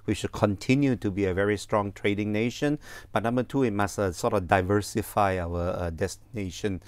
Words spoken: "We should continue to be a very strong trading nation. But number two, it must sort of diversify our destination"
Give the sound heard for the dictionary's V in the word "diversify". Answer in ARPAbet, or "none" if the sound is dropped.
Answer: V